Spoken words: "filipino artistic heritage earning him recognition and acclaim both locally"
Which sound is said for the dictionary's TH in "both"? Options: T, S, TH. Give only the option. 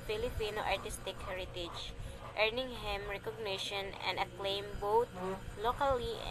T